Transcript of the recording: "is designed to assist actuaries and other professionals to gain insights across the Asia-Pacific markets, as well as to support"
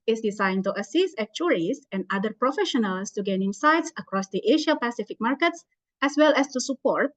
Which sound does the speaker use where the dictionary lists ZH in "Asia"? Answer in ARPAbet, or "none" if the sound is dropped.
SH